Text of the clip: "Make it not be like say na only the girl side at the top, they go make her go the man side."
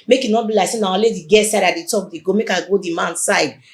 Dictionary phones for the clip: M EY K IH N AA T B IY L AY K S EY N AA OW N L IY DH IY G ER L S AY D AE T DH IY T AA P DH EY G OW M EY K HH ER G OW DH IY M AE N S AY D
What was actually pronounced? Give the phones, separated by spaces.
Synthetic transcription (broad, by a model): M EY K IH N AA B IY L AY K S EY N AA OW L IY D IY G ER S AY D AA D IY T AA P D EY G OW M EY K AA G OW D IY M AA N S AY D